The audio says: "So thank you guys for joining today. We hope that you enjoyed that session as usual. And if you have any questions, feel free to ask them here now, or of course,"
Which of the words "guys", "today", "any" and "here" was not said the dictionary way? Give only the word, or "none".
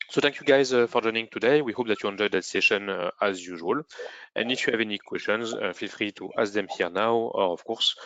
none